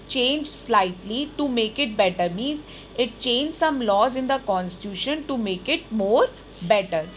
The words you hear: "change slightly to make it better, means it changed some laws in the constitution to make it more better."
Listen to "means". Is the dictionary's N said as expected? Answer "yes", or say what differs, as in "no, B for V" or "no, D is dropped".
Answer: yes